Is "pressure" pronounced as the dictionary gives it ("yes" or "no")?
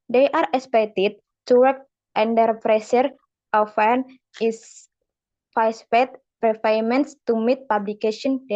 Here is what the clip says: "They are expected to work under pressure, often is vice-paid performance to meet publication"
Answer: no